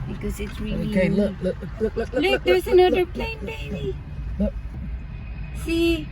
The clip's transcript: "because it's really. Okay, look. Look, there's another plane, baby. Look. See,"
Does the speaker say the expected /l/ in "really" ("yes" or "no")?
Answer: no